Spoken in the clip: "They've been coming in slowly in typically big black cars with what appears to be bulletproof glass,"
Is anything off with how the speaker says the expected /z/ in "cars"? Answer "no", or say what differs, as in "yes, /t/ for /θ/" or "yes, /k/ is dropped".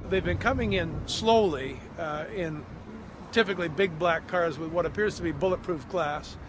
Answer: no